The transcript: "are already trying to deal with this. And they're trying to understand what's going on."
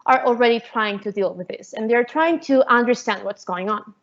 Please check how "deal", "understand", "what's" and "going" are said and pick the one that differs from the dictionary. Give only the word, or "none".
none